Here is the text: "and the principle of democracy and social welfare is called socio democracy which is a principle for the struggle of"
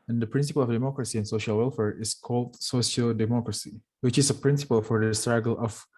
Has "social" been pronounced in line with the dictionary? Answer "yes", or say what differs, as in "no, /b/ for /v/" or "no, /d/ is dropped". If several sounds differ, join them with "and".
yes